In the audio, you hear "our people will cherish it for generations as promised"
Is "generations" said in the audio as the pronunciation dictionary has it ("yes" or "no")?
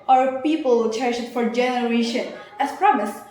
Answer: no